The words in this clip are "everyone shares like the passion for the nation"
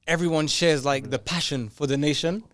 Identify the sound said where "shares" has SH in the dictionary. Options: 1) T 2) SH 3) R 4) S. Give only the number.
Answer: 2